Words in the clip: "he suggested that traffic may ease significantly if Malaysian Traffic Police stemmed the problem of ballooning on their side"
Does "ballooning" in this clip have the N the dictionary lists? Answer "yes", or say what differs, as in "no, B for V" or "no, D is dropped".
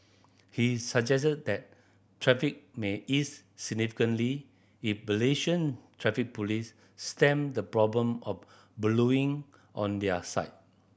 no, N is dropped